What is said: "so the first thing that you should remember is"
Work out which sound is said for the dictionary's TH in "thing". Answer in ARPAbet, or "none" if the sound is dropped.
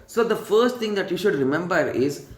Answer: T